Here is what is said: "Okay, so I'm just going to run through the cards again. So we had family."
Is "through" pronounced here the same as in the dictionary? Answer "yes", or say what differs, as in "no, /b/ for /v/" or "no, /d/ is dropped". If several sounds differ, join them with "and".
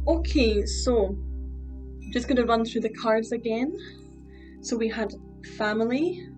yes